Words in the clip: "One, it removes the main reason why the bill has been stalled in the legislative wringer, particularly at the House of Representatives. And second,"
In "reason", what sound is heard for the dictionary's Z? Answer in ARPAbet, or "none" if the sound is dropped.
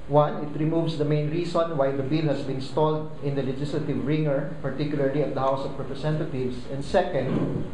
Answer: S